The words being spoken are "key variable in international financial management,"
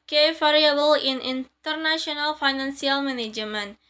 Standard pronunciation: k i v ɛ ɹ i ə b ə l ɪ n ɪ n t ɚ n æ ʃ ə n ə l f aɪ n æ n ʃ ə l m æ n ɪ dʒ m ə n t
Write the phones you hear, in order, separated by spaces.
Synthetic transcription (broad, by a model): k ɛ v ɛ ɹ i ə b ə l ɪ n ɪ n t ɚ n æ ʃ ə n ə l f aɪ n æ n s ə l m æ n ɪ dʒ m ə n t